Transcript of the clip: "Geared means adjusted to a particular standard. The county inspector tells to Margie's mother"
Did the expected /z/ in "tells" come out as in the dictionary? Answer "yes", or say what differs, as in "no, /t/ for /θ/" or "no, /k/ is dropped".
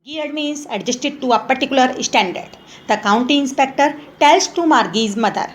no, /s/ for /z/